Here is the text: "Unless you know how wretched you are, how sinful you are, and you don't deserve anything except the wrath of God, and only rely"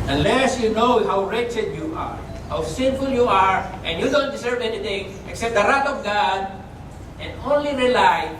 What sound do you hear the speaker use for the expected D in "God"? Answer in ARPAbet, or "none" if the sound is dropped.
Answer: D